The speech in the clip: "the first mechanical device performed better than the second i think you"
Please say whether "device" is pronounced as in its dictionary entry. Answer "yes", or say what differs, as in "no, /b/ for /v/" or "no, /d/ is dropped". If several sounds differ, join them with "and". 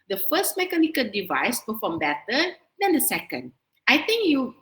yes